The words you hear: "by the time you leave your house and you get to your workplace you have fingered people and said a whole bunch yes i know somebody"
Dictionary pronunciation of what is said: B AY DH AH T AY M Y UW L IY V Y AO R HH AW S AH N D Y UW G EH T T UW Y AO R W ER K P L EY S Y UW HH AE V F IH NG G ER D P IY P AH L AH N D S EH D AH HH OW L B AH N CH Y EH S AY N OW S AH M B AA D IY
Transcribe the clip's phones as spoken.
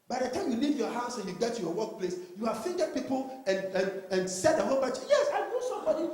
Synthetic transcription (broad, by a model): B AY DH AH T AY M Y UW L IY V Y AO HH AW S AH N Y UW G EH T T UW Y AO W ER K P L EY S Y UW HH AE V F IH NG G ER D P IY P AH N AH N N S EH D AH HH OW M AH CH Y EH S AY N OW S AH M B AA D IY